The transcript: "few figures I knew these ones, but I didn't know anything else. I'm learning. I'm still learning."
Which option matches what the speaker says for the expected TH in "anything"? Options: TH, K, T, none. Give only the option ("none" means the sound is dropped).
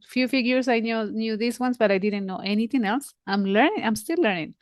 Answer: T